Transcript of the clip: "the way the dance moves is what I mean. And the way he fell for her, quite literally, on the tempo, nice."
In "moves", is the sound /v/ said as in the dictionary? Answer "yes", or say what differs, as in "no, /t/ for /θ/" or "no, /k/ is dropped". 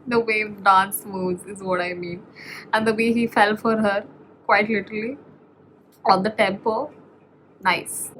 no, /v/ is dropped